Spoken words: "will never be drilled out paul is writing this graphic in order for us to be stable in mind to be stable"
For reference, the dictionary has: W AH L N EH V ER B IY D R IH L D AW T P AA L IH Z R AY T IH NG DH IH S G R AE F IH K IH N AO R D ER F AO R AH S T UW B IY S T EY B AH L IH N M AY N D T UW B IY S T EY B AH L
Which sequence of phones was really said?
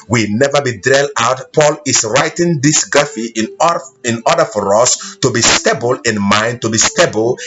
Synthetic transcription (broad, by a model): W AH N EH V ER B IY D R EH L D AW T P AA L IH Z R AY T IH NG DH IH S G AA F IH IH N AO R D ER F AO R AH S T UW B IY S T EY B AH L IH N M AY N D T UW B IY S T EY B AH L